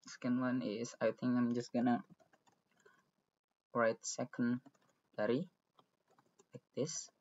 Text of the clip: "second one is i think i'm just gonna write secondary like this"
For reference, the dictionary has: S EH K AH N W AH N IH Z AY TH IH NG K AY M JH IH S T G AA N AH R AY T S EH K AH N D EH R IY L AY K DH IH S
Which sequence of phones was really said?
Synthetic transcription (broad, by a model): S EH K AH N W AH N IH S AY T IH NG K AY M JH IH S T G AA N AH R AY T S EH K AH N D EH R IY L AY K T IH S